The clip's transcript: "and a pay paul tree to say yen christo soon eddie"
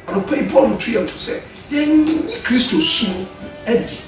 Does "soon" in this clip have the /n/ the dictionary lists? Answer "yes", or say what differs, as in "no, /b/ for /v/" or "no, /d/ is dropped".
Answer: no, /n/ is dropped